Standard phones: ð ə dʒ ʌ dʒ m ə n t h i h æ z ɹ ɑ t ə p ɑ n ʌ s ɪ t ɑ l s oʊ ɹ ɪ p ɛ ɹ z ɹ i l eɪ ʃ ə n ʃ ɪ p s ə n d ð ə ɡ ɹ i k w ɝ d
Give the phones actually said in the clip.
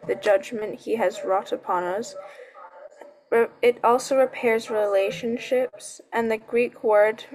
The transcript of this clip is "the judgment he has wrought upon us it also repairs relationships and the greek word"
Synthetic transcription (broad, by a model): ð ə dʒ ʌ dʒ m ə n t h i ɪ z ɹ ɑ t ə p ɑ n ʌ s ɪ t ɑ l s oʊ ɹ ɪ p ɛ ɹ z ɹ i l eɪ ʃ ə n ʃ ɪ p s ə n ð ə ɡ ɹ i k w ɝ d